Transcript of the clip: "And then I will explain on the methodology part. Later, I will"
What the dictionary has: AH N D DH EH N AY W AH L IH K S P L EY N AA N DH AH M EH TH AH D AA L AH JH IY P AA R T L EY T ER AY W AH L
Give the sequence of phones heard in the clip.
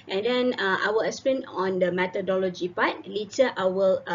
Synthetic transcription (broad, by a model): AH N D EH N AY W AH L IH S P EY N AA N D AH M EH T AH D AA L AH JH IY P AA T L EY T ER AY W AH L